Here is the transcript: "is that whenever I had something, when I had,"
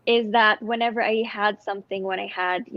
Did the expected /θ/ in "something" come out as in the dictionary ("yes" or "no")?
yes